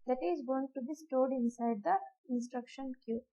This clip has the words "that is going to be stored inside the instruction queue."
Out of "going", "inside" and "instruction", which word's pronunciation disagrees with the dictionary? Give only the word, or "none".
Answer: none